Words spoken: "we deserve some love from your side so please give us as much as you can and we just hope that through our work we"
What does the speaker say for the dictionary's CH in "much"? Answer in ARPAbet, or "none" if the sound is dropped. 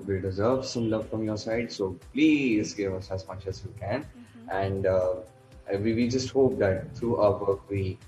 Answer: CH